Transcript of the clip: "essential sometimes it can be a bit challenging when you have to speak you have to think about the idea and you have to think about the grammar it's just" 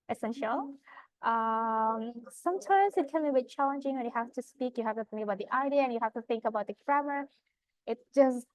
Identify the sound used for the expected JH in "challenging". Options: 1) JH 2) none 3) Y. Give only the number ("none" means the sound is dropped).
1